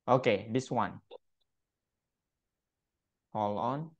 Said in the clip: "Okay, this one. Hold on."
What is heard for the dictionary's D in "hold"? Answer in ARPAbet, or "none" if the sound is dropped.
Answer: none